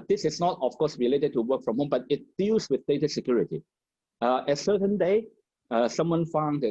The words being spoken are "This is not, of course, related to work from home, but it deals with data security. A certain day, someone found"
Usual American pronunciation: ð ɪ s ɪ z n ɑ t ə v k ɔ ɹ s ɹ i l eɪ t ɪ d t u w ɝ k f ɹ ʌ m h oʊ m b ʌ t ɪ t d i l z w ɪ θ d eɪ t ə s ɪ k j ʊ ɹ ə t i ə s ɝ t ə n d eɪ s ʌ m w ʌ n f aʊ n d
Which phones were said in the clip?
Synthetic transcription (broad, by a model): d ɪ s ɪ s n ɑ t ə f k ɔ s ɹ i l eɪ t ɪ d t u w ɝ k f ɹ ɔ m h oʊ m b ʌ t ɪ t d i l s w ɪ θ d eɪ t ə s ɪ k j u ɹ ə t i ə s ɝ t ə n d eɪ s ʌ m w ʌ n f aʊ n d